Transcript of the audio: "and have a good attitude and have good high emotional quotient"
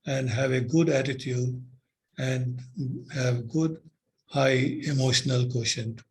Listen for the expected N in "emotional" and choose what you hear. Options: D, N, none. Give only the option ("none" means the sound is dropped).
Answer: N